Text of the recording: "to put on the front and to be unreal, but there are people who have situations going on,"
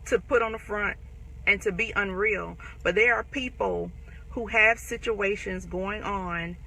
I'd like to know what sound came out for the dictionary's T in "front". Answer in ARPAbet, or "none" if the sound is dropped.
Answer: T